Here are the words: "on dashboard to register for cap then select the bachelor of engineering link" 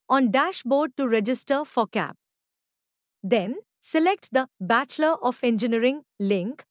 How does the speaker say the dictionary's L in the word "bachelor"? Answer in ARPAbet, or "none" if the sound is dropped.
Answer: L